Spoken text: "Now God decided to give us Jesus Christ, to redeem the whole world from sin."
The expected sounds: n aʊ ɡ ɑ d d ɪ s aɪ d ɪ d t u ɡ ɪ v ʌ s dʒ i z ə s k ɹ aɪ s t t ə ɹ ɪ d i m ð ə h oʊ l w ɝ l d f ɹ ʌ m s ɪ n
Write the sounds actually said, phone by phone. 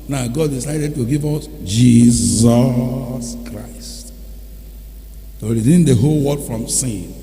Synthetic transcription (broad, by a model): n aʊ ɡ ɑ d d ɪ s aɪ d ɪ d t u ɡ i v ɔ s dʒ i z ə s k ɹ aɪ s t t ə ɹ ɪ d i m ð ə h oʊ l w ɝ d f ɹ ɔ m s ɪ n